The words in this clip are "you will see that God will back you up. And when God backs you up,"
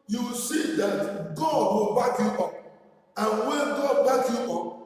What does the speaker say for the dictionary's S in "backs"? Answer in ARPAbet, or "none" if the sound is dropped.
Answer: none